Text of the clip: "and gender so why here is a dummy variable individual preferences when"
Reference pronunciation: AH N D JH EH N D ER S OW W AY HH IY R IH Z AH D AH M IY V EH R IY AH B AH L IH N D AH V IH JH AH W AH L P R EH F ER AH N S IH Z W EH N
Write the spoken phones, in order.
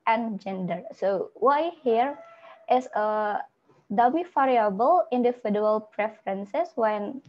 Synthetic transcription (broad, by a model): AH N JH EH N D ER S OW W AY HH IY R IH S AH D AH M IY F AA R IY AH B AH L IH N D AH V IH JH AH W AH L P R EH F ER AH N S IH S W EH N